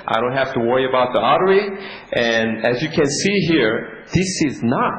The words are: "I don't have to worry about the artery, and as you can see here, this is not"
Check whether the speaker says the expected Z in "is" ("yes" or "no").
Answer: yes